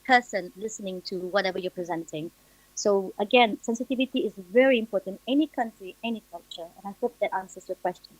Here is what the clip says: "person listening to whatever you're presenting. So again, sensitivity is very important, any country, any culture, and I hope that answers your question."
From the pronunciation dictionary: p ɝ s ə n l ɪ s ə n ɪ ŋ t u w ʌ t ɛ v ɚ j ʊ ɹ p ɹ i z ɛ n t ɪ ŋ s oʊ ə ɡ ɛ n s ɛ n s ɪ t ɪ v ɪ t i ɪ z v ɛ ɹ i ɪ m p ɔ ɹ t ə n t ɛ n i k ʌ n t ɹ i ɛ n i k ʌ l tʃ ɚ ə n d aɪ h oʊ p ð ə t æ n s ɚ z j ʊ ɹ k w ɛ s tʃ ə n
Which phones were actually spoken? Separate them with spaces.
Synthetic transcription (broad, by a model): p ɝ s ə n l ɪ s ə n ɪ ŋ t u w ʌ t ɛ v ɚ j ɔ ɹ p ɹ i z ɛ n t ɪ ŋ s oʊ ə ɡ ɛ n s ɛ n s ɪ t ɪ v ɪ t i ɪ z v ɛ ɹ i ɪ m p ɔ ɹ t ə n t ɛ n i k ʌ n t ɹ i ɛ n i k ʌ l tʃ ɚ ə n aɪ h oʊ p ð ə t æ n s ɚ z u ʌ k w ɛ s tʃ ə n